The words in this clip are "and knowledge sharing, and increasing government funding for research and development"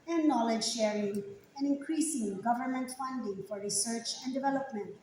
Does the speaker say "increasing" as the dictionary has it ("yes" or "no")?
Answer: yes